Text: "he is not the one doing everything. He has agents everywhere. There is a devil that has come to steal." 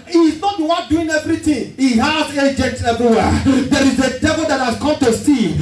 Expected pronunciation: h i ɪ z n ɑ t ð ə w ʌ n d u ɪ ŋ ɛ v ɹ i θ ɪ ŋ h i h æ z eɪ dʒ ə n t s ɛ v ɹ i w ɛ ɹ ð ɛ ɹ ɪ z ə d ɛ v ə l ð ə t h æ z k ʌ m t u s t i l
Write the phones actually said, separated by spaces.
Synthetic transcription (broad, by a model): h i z n ɑ t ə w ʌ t d u ɪ ŋ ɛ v ɹ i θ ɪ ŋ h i h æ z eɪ dʒ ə n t ɛ v ɹ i w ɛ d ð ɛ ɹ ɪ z ə d ɛ v ə l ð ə t h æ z k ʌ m t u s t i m